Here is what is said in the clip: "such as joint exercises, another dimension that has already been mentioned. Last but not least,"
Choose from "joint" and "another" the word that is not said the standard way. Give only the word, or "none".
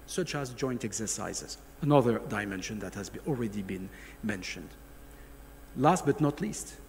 none